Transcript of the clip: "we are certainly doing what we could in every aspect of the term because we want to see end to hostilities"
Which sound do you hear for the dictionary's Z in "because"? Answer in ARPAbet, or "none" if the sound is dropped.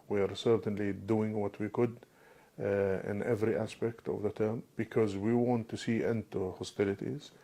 Z